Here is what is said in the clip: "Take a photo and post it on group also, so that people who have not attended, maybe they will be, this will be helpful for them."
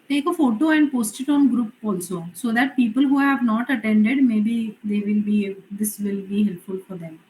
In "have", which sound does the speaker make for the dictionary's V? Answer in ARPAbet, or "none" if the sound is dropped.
V